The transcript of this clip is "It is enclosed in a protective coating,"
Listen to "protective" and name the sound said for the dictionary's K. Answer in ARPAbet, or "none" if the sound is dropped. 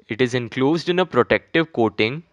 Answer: K